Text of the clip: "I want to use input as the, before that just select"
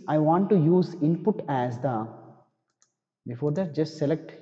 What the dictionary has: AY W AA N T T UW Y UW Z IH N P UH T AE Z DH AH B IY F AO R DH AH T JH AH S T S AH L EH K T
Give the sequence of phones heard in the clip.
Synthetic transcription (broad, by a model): AY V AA N T T UW Y UW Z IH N P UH T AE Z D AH B IY F AO R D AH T JH AH S T S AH L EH K T